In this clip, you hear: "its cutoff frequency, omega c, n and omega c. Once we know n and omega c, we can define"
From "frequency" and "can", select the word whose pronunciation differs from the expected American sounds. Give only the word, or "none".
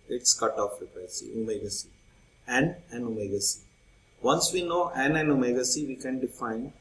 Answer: frequency